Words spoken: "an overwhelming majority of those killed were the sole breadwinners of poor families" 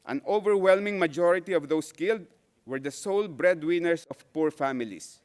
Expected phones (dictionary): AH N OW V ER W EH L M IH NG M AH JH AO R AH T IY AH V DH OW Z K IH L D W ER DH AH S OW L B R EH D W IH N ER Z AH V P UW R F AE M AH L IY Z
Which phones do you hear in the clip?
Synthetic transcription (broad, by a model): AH N OW V ER W EH L M IH NG M AH JH AO R AH T IY AH V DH OW S K IH L D W ER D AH S OW L B R EH D W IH N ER S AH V P UW R F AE M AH L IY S